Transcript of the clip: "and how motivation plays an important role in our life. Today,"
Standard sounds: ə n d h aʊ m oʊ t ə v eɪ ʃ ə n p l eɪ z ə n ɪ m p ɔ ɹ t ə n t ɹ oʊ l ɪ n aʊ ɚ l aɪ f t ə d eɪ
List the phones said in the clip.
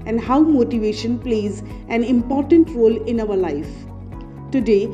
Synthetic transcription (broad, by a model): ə n d h aʊ m oʊ t ə v eɪ ʃ ə n p l eɪ z ə n ɪ m p ɔ ɹ t ə n t ɹ oʊ l ɪ n aʊ ɚ l aɪ f t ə d eɪ